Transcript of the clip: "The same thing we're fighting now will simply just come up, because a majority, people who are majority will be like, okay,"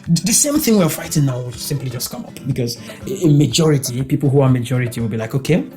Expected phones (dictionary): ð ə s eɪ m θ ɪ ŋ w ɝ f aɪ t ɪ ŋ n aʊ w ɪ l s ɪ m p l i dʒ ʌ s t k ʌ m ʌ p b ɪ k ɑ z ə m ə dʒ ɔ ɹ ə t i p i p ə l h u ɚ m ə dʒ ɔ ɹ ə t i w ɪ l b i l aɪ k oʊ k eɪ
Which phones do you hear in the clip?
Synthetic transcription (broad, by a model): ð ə s eɪ m θ ɪ ŋ w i f aɪ t ɪ ŋ n aʊ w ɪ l s ɪ m p l i dʒ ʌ s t k ʌ m ʌ p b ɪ k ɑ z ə m ə dʒ ɔ ɹ ə t i p i p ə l h u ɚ m ə dʒ ɔ ɹ ə t i w ɪ l b i l aɪ k oʊ k eɪ